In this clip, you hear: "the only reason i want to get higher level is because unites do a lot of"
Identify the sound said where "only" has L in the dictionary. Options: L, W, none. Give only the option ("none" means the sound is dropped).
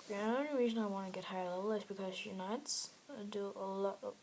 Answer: none